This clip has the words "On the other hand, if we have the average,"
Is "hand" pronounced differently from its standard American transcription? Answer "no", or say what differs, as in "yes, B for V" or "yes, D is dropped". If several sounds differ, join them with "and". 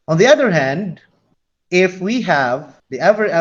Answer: no